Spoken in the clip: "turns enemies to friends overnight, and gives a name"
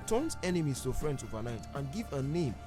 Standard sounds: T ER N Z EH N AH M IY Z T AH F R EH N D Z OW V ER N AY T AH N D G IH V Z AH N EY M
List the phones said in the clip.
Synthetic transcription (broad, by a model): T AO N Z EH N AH M IY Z T AH F R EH N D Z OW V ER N AY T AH N G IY V AH N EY M